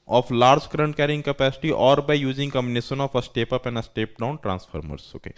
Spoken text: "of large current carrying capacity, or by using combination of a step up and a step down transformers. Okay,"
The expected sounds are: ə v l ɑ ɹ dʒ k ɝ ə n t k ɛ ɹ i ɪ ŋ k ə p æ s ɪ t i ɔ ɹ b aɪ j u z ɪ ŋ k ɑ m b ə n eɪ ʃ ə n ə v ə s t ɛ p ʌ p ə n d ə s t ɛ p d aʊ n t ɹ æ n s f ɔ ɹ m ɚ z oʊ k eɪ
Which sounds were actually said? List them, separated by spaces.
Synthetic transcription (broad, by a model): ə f l ɑ ɹ dʒ k ɝ ə n t k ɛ ɹ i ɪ ŋ k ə p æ s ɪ t i ɔ ɹ b aɪ j u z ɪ ŋ k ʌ m b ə n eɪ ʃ ə n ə f ə s t ɛ p ʌ p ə n ə s t ɛ p d aʊ n t ɹ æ n s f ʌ ɹ m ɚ s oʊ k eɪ